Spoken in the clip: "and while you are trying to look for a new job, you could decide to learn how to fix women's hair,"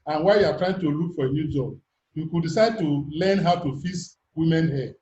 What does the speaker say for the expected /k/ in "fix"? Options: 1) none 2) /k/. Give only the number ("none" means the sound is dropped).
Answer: 1